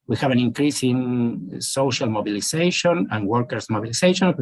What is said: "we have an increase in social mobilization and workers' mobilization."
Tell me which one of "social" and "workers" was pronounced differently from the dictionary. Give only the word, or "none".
workers